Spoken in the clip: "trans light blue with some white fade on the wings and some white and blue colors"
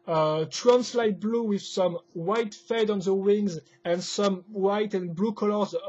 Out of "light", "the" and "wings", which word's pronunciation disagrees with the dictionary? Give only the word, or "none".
none